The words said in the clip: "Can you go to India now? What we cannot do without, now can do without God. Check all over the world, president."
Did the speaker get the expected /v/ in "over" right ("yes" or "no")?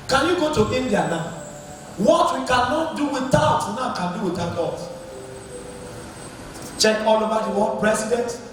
no